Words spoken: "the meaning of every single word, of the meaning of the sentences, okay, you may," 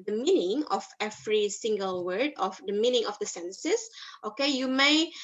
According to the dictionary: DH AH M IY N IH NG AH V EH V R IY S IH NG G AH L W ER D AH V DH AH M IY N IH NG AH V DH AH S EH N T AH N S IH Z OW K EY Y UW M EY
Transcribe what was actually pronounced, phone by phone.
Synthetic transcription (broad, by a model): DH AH M IY N IH NG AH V EH V R IY S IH NG G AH L W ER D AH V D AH M IY N IH NG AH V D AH S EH N S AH S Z OW K EY Y UW M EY